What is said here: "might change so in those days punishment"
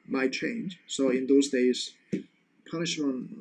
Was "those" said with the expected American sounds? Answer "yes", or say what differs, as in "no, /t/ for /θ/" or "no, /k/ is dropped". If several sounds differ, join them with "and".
yes